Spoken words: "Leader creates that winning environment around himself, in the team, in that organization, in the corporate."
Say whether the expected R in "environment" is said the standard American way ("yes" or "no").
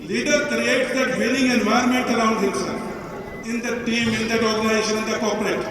no